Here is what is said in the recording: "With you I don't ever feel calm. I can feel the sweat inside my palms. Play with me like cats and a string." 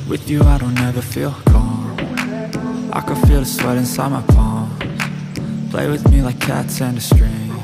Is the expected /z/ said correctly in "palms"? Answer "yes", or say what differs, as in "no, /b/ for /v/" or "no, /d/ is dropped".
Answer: no, /z/ is dropped